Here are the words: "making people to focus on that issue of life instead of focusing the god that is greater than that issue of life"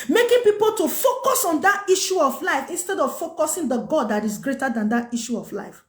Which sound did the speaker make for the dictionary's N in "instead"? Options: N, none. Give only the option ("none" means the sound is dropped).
N